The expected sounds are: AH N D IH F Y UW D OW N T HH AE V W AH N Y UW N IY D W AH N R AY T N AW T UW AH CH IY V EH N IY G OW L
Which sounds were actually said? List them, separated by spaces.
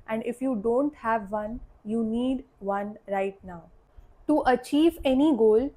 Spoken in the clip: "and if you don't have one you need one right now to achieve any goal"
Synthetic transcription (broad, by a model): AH N D IH F Y UW D OW N T HH AE V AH N Y UW N IY D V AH N R AY T N AW T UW AH CH IY V EH N IY G OW L